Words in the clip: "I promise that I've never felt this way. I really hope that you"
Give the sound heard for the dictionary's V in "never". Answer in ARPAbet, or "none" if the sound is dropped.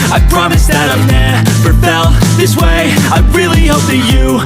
P